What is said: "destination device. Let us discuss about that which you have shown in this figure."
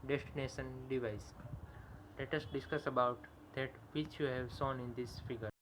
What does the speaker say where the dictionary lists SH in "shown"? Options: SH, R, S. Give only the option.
S